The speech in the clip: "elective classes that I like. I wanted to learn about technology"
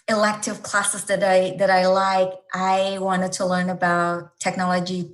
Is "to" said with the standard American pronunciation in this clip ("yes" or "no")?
yes